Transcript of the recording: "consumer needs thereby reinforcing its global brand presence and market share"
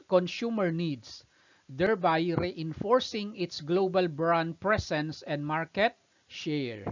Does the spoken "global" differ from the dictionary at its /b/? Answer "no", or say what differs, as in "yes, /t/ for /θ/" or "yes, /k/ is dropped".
no